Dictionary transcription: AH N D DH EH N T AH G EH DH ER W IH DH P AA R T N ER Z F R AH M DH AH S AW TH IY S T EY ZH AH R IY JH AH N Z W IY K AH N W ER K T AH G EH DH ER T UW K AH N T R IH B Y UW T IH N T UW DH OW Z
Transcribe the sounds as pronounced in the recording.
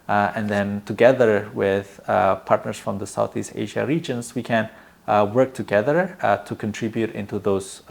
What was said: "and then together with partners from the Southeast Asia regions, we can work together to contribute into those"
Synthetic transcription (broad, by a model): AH N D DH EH N T AH G EH DH ER W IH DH P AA R T N ER S F R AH M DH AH S AW TH IY S T EY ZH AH R IY JH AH N S W IY K AH N W ER K T AH G EH DH ER T UW K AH N T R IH B Y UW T IH N T UW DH OW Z